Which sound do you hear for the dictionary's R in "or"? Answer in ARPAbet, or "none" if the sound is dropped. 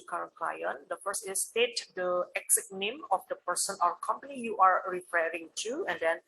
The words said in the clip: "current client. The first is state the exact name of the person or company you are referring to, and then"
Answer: W